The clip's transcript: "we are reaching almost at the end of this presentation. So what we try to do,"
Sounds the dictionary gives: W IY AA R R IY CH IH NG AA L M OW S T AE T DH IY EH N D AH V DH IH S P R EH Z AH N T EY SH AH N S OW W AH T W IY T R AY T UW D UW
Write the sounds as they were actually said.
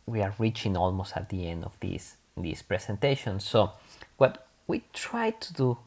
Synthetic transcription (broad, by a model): W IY AA R R IY CH IH NG AA L M OW S T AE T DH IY EH N D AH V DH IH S P R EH S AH N T EY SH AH N S OW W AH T W IY T R AY T UW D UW